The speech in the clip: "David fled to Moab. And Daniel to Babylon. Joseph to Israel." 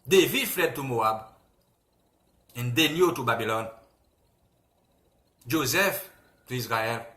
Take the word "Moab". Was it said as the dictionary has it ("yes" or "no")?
yes